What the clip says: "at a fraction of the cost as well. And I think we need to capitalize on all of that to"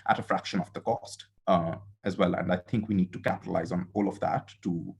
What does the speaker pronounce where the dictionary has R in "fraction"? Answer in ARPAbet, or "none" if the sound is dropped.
R